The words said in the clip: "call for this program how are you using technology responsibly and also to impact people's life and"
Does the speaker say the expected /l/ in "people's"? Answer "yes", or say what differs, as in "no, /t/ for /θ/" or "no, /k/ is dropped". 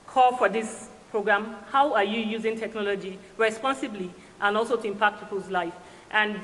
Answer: no, /l/ is dropped